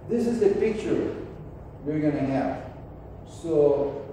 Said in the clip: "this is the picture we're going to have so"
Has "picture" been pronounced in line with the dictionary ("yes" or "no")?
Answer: yes